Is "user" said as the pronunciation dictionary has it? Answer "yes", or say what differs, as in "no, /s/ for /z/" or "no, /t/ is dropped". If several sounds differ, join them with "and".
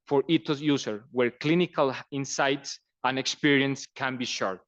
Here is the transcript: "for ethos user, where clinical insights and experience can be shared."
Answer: no, /s/ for /z/